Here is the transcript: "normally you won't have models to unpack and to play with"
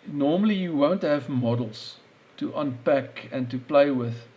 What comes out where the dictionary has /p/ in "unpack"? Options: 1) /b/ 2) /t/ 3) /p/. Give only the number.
3